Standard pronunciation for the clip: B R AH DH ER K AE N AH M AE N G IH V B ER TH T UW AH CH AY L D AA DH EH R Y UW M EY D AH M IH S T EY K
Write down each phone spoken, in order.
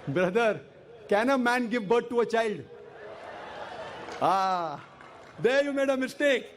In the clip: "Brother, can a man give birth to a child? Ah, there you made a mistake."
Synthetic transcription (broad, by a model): B R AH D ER K AE N AH M AE N G IH V B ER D T UW AH CH AY L D AA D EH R Y UW M EY D AH M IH S T EY K